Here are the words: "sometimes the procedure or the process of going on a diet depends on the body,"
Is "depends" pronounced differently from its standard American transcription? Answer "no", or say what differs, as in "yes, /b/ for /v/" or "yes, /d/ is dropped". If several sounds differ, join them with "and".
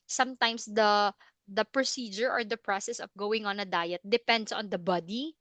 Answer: yes, /s/ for /z/